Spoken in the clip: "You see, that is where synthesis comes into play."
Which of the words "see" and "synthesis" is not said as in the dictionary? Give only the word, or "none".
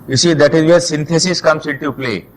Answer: synthesis